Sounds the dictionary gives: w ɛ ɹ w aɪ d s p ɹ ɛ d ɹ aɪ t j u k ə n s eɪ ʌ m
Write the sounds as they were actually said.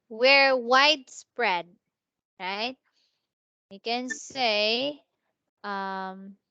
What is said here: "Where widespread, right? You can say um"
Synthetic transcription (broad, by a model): w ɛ ɹ w aɪ d s p ɹ ɛ d ɹ aɪ t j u k ə n s eɪ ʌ m